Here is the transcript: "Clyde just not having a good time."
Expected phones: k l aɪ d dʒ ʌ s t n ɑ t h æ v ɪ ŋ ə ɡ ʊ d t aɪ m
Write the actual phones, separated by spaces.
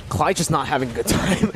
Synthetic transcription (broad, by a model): k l aɪ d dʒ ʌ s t n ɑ t h æ v ɪ ŋ ə ɡ ʊ d t aɪ m